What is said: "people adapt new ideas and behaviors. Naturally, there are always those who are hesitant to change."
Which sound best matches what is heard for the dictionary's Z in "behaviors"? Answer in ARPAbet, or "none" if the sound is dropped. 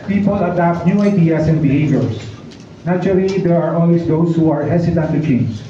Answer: S